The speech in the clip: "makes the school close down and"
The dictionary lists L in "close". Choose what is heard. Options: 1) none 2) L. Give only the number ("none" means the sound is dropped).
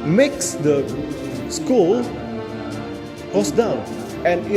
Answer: 1